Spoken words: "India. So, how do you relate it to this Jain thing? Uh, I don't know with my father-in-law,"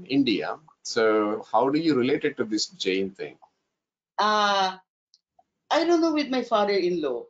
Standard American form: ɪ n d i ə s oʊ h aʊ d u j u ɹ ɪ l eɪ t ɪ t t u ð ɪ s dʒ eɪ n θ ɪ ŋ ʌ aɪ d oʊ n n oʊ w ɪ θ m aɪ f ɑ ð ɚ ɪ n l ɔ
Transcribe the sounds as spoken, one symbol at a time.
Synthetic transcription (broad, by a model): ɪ n d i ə s oʊ h aʊ d u j u ɹ ɪ l eɪ t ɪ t t u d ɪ s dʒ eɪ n t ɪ ŋ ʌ aɪ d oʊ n n oʊ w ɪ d m aɪ f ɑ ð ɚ ɪ n l ɔ